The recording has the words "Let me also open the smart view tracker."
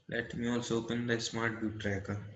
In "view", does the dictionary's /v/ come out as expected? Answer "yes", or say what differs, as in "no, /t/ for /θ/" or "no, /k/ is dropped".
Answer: no, /b/ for /v/